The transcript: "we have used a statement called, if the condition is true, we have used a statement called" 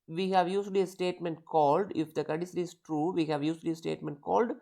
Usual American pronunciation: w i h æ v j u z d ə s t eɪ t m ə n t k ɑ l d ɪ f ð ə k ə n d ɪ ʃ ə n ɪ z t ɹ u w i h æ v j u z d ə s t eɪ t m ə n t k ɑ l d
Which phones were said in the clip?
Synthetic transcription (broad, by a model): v i h æ v j u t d ə s t eɪ t m ə n t k ɑ l d ɪ f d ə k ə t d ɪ s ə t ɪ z t ɹ u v i h æ v j u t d ə s t eɪ t m ə n t k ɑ l d